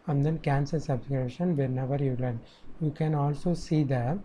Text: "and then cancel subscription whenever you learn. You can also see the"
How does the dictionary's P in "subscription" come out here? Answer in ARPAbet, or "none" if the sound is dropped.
none